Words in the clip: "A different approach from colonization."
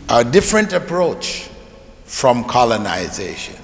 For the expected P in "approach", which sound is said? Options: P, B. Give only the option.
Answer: P